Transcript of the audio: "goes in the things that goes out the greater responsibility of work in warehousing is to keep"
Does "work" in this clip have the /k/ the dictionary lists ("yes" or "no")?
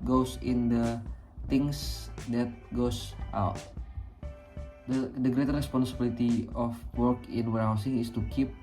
yes